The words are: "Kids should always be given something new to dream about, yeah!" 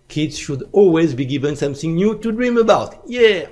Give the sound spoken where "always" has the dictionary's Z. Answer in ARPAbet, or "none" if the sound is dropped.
Z